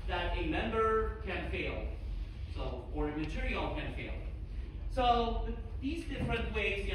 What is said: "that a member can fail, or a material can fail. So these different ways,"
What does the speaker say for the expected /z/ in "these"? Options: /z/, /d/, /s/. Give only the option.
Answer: /z/